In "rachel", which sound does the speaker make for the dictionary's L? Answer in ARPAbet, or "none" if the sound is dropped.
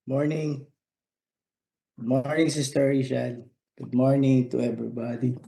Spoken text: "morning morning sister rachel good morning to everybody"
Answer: N